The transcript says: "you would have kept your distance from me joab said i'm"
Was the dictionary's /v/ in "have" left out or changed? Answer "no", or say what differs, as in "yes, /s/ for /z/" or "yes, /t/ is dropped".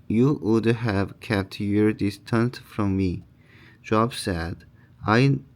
no